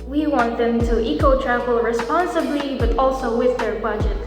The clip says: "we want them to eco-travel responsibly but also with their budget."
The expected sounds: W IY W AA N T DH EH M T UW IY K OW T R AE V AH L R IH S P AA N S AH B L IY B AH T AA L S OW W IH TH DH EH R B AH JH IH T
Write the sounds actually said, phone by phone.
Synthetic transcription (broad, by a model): W IY W AA N T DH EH M T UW IY K OW T R AE V AH L R IH S P AA N S AH B L IY B AH T AA L S OW W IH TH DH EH R B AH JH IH T